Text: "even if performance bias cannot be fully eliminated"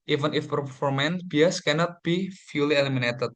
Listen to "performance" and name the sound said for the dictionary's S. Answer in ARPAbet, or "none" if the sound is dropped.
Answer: none